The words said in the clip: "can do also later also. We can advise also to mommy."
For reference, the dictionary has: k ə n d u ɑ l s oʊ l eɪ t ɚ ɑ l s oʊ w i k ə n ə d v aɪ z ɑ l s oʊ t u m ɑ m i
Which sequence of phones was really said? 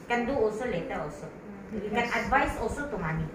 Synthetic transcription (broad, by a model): k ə n d u ɑ l s oʊ l eɪ t ɚ ɑ l s oʊ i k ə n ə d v aɪ s ɑ l s oʊ t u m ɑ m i